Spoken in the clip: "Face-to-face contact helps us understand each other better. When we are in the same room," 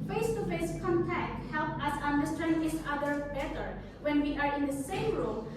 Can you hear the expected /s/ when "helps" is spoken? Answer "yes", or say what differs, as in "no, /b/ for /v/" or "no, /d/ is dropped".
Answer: no, /s/ is dropped